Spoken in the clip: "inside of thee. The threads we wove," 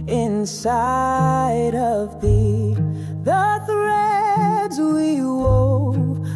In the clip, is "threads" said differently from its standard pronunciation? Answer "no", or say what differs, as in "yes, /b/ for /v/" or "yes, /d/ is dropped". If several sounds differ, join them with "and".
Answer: no